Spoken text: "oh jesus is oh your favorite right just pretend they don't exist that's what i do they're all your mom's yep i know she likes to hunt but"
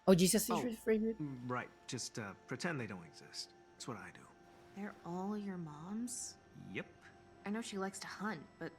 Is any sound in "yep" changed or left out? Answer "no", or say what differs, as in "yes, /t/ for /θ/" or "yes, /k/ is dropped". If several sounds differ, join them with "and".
no